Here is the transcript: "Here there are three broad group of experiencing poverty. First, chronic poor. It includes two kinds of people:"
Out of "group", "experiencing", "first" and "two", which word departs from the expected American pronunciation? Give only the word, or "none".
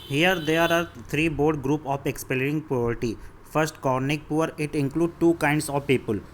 experiencing